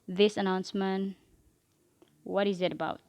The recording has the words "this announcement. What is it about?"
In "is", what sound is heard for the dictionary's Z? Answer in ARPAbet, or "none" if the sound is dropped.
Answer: Z